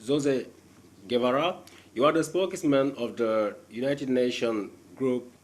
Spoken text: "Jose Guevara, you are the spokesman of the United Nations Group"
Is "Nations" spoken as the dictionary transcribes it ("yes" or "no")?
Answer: no